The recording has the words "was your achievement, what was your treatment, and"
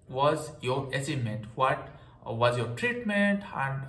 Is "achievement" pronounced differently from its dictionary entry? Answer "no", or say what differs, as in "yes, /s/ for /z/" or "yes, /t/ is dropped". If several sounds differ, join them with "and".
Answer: yes, /s/ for /tʃ/ and /v/ is dropped